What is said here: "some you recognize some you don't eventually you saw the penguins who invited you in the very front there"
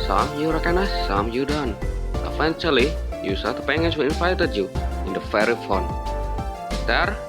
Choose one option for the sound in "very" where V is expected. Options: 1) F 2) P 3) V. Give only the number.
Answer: 1